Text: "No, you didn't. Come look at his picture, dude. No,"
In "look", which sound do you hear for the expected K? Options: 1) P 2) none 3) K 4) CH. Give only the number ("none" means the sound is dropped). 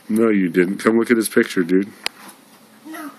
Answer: 3